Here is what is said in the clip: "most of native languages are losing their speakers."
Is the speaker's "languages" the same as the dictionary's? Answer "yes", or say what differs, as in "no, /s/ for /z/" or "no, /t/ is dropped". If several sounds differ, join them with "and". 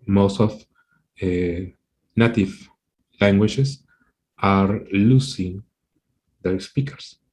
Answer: no, /s/ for /z/